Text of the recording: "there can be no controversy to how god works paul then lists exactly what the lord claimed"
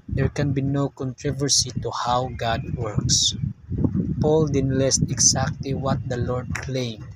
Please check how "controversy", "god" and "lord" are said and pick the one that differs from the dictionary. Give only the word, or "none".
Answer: none